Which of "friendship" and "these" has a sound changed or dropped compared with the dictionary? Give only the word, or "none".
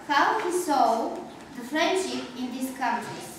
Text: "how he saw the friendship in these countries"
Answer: these